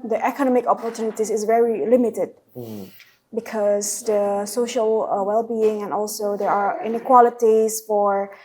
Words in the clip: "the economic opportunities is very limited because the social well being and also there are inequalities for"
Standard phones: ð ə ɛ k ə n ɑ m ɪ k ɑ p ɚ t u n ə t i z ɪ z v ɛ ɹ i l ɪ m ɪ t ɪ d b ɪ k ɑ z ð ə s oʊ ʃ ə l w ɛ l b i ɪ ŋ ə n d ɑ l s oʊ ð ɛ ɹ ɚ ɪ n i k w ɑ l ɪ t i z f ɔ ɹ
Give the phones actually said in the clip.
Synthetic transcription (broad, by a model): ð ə ɛ k ə n ɑ m ɪ k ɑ p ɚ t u n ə t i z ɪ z v ɛ ɹ i l ɪ m ɪ t ɪ d b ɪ k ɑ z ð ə s oʊ ʃ ə l w ɛ l b i ɪ ŋ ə n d ɑ l s oʊ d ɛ ɹ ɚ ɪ n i k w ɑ l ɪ t i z f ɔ ɹ